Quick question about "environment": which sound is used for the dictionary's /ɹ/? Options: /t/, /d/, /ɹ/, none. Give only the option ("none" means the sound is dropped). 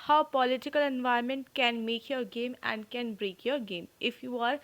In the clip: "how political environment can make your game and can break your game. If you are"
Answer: none